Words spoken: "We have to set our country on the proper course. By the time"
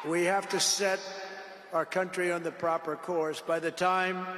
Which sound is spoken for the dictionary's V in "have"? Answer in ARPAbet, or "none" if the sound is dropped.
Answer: F